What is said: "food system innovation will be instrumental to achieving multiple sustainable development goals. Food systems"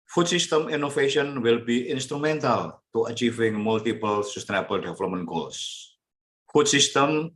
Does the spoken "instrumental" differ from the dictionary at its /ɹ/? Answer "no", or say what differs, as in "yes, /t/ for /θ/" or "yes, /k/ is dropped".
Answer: no